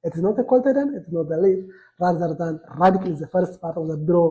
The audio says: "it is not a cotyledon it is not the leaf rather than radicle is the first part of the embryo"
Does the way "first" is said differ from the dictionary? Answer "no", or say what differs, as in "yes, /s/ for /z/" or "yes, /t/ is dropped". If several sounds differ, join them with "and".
no